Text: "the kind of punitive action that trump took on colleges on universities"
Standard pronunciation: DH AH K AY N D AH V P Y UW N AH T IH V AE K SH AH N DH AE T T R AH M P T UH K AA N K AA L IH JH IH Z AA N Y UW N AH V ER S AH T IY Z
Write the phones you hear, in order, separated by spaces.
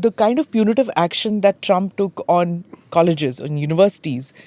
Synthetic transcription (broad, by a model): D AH K AY N D AH V P Y UW N AH T IH V AE K SH AH N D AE T T R AH M P T UH K AA N K AA L IH JH IH Z AA N Y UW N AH V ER S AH T IY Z